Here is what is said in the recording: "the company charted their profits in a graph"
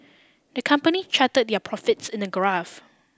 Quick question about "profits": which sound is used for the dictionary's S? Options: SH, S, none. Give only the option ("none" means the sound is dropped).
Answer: S